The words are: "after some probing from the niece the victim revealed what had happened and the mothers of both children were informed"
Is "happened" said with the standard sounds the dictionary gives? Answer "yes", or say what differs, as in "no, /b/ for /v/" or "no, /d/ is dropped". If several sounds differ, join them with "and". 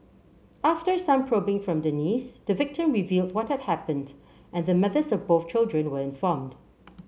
yes